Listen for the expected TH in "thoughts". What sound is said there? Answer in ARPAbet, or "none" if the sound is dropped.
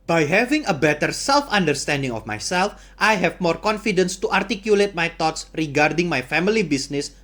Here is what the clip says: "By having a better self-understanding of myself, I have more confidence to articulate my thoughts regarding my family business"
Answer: T